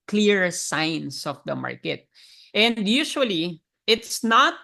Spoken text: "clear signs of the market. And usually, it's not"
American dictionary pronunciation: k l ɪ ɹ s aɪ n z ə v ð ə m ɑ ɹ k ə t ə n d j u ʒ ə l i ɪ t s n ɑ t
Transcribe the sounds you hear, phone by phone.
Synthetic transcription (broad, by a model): k l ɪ ɹ s aɪ n s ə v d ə m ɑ ɹ k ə t ə n d j u ʃ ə l i ɪ t s n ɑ t